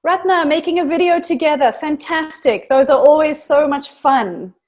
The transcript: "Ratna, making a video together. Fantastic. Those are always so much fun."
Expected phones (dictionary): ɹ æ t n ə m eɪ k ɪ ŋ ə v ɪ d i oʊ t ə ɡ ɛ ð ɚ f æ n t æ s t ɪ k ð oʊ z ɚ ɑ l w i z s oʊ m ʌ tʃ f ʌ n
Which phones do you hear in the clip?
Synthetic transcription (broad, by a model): ɹ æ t n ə m eɪ k ɪ ŋ ə v ɪ d i oʊ t ə ɡ ɛ ð ɚ f æ n t æ s t ɪ k ð oʊ z ɚ ɑ l w i z s oʊ m ʌ tʃ f ʌ n